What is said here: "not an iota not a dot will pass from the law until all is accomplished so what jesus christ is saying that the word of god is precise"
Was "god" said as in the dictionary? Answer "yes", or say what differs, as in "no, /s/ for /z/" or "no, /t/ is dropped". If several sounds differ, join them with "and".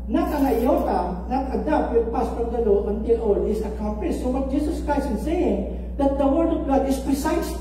yes